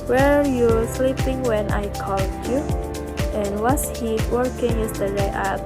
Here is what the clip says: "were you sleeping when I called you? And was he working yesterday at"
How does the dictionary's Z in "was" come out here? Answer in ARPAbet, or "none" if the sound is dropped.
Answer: S